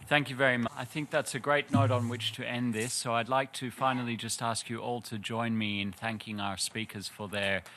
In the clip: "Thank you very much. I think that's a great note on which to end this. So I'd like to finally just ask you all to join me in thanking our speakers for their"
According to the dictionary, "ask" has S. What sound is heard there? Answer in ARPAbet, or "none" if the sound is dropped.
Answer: S